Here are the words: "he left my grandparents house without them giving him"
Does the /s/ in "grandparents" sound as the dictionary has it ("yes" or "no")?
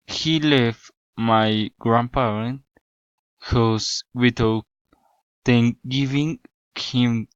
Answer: no